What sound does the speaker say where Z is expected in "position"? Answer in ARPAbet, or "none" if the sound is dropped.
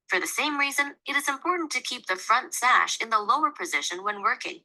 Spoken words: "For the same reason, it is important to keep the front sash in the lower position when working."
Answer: Z